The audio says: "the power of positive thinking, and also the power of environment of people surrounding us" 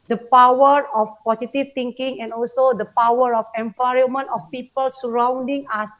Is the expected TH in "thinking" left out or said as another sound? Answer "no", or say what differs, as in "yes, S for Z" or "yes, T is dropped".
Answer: yes, T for TH